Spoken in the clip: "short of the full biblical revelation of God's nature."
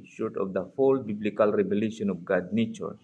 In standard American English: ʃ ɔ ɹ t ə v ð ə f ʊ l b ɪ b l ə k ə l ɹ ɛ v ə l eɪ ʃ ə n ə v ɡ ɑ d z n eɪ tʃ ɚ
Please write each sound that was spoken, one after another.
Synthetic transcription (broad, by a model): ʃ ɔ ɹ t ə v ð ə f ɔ l b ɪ b l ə k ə l ɹ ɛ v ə l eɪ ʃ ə n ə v ɡ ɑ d n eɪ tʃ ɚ